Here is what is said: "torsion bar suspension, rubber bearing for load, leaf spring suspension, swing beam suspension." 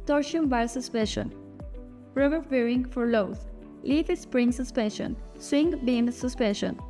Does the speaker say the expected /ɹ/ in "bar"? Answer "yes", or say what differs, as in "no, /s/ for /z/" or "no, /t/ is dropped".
no, /l/ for /ɹ/